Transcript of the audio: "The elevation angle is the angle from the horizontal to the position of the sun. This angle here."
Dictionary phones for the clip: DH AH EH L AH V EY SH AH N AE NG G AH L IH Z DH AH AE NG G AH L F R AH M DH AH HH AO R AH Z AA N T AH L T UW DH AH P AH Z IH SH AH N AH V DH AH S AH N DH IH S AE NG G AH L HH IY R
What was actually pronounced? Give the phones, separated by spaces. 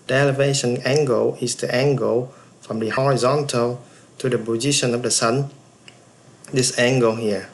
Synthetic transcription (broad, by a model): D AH EH L AH V EY SH AH N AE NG G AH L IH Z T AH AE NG G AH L F R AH M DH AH HH AO R AH Z AA N T AH L T UW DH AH B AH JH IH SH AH N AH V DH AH S AH N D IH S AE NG G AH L HH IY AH